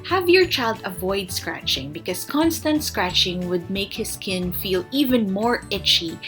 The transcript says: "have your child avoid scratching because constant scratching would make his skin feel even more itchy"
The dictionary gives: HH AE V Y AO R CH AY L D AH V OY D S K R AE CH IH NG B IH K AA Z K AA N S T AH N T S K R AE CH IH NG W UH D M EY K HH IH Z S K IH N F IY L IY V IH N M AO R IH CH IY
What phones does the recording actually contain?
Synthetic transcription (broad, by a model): HH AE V Y AO R CH AY L D AH V OY D S K R AE CH IH NG B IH K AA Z K AA N S T AH N T S K R AE CH IH NG W UH D M EY K HH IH S K IH N F IY L IY V IH N M AO R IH CH IY